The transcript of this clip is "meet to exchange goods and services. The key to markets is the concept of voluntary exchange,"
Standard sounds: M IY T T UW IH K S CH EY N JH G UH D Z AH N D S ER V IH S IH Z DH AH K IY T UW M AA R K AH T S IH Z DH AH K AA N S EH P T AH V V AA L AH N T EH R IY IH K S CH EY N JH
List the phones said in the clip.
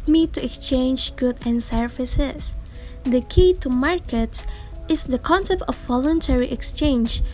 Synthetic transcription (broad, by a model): M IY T T UW IH K S CH EY N JH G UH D AH N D S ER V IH S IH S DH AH K IY T UW M AA R K AH T S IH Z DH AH K AA N S EH P T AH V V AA L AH N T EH R IY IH K S CH EY N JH